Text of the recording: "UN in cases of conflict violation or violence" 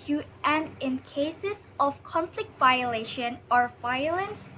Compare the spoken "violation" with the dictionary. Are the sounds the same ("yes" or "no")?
yes